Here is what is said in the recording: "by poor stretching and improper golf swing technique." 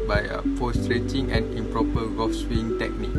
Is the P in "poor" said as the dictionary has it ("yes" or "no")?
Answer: no